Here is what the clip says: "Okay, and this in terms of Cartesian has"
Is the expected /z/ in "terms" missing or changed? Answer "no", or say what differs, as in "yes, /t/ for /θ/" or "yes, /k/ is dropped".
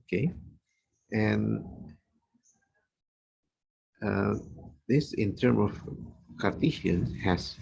yes, /z/ is dropped